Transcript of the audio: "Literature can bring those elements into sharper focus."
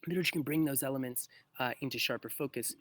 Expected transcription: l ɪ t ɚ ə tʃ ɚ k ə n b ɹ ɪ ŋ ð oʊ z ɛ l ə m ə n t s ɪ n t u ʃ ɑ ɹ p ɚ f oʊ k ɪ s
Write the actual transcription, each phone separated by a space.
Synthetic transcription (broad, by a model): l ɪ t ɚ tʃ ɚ k ə n b ɹ ɪ ŋ ð oʊ z ɛ l ə m ə n t s ɪ n t u ʃ ɑ ɹ p ɚ f oʊ k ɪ s